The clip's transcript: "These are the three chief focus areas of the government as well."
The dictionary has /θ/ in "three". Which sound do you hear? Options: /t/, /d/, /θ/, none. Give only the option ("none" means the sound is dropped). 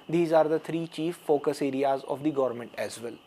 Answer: /t/